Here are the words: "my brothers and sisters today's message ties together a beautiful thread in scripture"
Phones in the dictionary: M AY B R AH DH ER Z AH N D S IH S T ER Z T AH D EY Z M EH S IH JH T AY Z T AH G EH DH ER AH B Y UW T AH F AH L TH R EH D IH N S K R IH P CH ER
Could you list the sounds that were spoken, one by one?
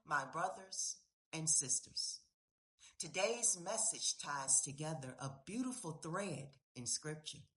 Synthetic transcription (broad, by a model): M AY B R AH DH ER Z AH N S IH S T ER Z T AH D EY Z M EH S IH JH T AY Z T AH G EH DH ER AH B Y UW T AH F L TH R EH D IH N S K R IH P CH ER